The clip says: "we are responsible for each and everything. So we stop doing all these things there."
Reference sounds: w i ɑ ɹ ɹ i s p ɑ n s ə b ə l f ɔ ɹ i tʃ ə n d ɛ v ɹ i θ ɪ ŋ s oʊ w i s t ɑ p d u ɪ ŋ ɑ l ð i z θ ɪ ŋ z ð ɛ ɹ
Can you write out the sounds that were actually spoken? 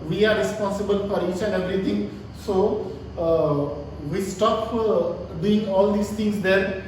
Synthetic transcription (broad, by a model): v i ɑ ɹ ɹ i s p ɑ n s ə b ə l f ɔ ɹ i tʃ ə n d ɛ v ɹ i t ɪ ŋ s oʊ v i s t ɑ p d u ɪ ŋ ɑ l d i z t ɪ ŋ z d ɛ ɹ